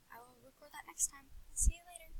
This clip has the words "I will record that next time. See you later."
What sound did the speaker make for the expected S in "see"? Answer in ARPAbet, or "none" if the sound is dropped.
S